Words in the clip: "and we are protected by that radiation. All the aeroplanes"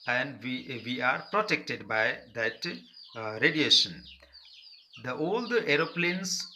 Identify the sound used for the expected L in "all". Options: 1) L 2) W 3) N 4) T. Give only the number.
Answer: 1